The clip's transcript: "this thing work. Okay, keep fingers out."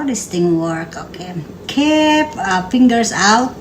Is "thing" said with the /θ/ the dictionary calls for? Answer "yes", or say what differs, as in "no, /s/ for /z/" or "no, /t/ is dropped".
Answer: no, /t/ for /θ/